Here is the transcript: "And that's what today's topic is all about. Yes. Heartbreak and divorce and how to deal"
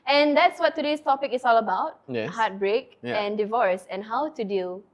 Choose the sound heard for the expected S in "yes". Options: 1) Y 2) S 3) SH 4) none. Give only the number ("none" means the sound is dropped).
4